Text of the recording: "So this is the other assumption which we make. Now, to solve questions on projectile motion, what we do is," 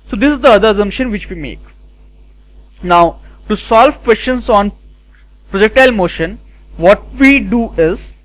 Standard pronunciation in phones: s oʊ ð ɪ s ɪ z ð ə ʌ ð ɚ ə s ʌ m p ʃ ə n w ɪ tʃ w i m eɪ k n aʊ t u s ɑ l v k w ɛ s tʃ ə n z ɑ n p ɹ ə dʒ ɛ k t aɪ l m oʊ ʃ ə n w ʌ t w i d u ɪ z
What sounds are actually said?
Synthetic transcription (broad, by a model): s oʊ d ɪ s ɪ z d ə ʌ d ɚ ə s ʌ m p ʃ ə n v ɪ tʃ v i m eɪ k n aʊ t u s ɑ l v k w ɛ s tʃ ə n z ɑ n p ɹ ə dʒ ɛ k t aɪ l m oʊ ʃ ə n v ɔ t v i d u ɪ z